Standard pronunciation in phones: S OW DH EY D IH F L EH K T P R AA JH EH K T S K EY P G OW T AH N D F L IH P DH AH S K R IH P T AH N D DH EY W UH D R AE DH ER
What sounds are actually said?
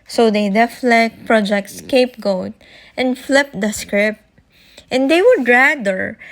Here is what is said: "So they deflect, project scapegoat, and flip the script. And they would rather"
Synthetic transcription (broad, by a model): S OW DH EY D IH F L EH K T P R AA JH EH K T S K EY P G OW T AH N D F L IH P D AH S K R IH P T AH N D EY W UH D R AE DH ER